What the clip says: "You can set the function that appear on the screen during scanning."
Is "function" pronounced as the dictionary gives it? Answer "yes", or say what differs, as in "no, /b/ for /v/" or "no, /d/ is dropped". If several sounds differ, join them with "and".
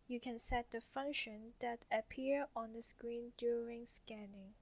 yes